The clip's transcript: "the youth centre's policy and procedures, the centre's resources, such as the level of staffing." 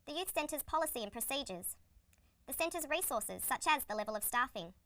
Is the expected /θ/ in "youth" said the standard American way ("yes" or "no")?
yes